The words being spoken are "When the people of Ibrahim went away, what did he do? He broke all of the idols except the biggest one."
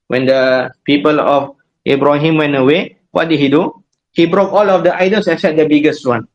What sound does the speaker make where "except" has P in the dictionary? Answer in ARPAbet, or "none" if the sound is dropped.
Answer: none